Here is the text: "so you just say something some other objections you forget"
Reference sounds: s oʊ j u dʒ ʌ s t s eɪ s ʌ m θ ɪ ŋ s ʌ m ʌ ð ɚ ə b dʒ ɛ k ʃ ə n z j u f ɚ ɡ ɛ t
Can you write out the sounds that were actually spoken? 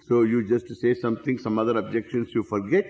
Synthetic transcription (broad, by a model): s oʊ j u dʒ ʌ s t s eɪ s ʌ m t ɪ ŋ s ʌ m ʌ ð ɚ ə b dʒ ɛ k ʃ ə n s j u f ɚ ɡ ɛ t